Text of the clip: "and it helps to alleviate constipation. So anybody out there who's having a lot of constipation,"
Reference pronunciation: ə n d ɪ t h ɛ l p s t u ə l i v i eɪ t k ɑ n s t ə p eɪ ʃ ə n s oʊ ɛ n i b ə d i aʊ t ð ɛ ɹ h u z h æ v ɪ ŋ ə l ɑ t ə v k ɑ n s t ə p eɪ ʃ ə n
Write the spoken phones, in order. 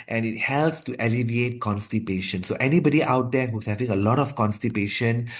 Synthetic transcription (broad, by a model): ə n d ɪ t h ɛ l p s t u ə l i v i eɪ t k ɑ n s t ə p eɪ ʃ ə n s oʊ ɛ n i b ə d i aʊ t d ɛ h u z h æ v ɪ ŋ ə l ɑ t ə f k ɑ n s t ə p eɪ ʃ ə n